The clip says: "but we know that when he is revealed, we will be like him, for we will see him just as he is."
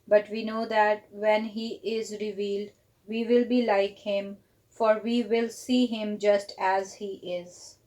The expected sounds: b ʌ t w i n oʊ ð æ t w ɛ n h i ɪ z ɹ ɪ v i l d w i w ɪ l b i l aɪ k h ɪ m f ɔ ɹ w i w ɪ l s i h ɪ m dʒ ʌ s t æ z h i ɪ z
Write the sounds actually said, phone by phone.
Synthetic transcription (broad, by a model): b ʌ t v i n oʊ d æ t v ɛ n h i ɪ z ɹ ɪ v i l d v i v ɪ l b i l aɪ k h ɪ m f ɔ ɹ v i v ɪ l s i h ɪ m dʒ ʌ s t æ z h i ɪ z